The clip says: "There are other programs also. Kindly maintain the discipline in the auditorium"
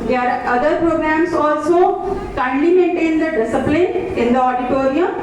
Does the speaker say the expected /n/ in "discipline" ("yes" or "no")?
no